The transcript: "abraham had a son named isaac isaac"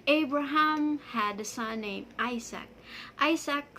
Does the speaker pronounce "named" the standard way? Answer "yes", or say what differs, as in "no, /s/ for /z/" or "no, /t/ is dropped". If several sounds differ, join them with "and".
no, /d/ is dropped